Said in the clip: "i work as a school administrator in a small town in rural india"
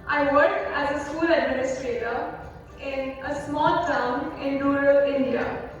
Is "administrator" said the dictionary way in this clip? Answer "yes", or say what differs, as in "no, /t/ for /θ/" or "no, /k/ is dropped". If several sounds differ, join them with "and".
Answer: yes